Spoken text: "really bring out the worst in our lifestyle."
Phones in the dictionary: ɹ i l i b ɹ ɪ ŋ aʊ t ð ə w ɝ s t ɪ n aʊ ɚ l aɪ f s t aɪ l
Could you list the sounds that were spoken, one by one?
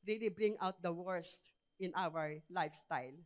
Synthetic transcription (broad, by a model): ɹ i l i b ɹ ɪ ŋ aʊ t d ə w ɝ s ɪ n aʊ ɚ l aɪ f s t aɪ l